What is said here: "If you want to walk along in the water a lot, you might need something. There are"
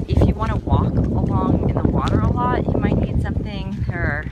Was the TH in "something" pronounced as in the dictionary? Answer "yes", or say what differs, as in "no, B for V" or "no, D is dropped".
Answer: yes